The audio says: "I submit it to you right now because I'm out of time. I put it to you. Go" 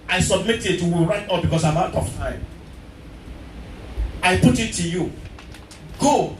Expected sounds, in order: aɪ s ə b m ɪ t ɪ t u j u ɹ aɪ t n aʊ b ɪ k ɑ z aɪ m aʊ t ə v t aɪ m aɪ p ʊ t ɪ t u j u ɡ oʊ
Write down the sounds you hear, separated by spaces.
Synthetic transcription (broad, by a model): aɪ s ə b m ɪ t ɪ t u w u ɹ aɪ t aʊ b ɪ k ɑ s aɪ m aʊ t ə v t aɪ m aɪ p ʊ t ɪ t u j u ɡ oʊ